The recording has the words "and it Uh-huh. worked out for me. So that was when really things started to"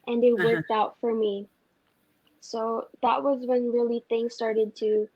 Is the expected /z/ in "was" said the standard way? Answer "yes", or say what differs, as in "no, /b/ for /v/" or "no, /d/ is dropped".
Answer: yes